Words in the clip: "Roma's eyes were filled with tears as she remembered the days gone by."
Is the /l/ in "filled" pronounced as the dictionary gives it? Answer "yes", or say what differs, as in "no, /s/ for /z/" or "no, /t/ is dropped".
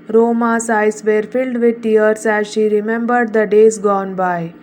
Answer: yes